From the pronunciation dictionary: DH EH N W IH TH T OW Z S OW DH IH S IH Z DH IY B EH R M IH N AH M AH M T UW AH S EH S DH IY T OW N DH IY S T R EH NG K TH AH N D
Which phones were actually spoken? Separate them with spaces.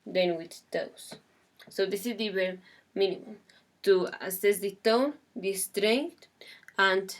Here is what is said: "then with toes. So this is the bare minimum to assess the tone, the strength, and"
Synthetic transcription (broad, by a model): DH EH N W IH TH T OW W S OW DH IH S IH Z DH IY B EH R M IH N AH M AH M T UW AH S EH S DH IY T OW N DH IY S T R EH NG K T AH N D